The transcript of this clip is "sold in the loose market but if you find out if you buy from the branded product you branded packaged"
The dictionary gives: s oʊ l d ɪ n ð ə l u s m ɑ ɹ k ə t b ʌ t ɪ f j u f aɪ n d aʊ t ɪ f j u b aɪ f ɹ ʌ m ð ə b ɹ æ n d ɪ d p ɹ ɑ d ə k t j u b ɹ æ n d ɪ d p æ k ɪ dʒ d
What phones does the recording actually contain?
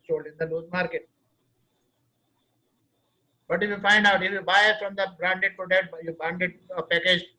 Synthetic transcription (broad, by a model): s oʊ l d ɪ n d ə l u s m ɑ ɹ k ə t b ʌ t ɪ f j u f aɪ n d aʊ t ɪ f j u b aɪ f ɹ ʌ m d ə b ɹ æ n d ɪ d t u d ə t j u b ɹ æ n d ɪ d p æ k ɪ dʒ